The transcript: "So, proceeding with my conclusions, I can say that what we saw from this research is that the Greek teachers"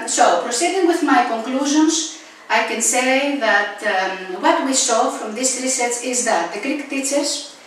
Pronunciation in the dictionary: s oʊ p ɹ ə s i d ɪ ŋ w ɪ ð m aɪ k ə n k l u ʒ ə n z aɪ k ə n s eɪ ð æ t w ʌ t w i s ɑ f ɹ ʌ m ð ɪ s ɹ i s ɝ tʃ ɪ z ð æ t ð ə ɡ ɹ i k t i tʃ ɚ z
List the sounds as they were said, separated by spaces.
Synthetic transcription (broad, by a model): s oʊ p ɹ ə s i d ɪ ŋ w ɪ ð m aɪ k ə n k l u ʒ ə n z aɪ k ə n s eɪ ð æ t w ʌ t w i s ɑ f ɹ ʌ m ð ɪ s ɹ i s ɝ s ɪ z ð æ t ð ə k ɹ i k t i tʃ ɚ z